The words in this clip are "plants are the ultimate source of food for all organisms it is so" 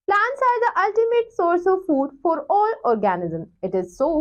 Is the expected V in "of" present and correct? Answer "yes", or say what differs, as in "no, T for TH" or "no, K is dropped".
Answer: yes